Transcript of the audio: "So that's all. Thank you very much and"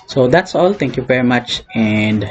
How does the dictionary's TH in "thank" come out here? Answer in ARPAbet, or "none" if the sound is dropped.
T